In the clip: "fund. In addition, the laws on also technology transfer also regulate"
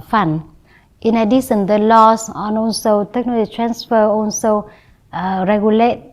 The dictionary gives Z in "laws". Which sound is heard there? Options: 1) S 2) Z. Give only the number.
1